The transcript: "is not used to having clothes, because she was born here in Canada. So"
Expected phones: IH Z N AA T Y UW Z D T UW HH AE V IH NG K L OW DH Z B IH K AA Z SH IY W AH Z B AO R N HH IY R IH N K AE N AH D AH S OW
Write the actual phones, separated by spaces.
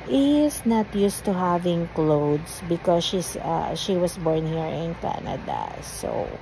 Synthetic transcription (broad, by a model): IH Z N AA T Y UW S T UW HH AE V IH NG K L OW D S B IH K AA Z SH IY W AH S B AO R N HH IY R IH N K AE N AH D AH S OW